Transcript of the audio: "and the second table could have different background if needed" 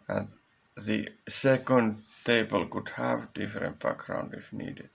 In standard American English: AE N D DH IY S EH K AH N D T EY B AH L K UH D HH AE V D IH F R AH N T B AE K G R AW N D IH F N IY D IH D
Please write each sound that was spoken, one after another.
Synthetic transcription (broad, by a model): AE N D DH IY S EH K AH N D T EY B AH L K UH D HH AE V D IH F R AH N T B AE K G R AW N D IH F N IY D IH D